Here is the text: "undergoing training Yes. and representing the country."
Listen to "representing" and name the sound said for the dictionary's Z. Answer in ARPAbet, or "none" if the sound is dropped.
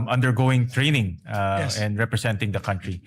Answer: S